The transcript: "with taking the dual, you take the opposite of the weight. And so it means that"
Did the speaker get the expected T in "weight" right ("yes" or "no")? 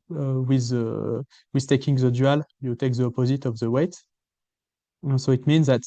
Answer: yes